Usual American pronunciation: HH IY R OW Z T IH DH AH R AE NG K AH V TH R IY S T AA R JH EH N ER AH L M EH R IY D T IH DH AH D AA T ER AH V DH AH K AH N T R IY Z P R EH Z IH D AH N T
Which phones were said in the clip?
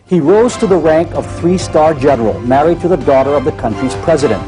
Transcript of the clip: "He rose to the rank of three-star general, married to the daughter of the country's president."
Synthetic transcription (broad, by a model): HH IY R OW Z T IH DH AH R AE NG K AH V TH R IY S T AA R JH EH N ER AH L M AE R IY D T IH DH AH D AA T ER AH V DH AH K AH N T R IY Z P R EH Z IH D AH N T